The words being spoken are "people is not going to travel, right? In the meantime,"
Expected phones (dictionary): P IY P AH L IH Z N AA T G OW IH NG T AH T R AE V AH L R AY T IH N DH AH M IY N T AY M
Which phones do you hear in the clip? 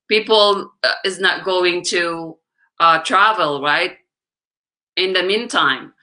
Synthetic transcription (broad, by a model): P IY P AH L IH Z N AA T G OW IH NG T AH T R AE V AH L R AY T IH N DH AH M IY N T AY M